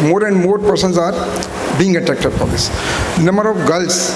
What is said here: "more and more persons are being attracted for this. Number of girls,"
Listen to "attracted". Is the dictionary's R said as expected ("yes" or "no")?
no